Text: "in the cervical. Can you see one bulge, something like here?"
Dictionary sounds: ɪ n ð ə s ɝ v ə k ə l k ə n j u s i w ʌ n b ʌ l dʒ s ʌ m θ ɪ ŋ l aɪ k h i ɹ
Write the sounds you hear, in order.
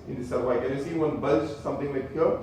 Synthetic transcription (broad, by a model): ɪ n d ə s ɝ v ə ə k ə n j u s i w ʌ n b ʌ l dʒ s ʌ m t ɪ ŋ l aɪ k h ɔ